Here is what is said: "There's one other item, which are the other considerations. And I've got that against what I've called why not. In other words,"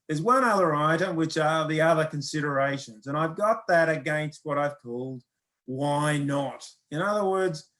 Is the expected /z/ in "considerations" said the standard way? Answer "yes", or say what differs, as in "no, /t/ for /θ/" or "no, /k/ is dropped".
yes